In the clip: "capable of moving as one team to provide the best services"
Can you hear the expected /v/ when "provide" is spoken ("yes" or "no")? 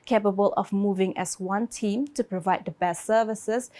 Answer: yes